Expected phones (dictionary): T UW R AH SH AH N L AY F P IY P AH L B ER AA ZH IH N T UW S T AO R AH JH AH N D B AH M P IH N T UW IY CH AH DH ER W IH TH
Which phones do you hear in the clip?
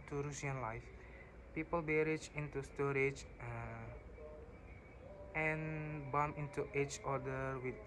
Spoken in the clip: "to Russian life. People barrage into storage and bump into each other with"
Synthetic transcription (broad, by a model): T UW R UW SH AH N L AY F P IY P AH L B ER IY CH IH N T UW S T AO R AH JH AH N B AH M IH N T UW IY CH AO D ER W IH